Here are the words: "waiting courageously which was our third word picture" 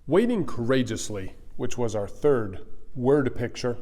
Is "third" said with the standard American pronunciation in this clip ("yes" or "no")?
yes